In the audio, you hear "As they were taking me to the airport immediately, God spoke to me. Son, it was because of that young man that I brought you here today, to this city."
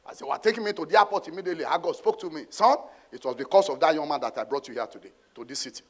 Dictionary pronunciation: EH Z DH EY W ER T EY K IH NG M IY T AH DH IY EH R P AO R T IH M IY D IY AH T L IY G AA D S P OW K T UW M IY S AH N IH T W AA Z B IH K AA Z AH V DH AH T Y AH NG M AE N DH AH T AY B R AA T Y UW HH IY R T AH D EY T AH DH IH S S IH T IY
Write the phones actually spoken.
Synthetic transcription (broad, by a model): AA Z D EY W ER T EY K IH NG M IY T AH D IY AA P AO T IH M IY D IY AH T L IY G AA D S P OW K T UW M IY S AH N IH T W AA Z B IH K AA S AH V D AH T Y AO NG M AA N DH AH T AY B R AA T Y UW HH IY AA T AH D EY T AH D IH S S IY T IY